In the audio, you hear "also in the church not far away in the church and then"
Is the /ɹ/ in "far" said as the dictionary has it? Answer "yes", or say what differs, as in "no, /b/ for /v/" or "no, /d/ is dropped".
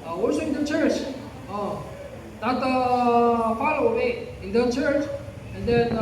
no, /l/ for /ɹ/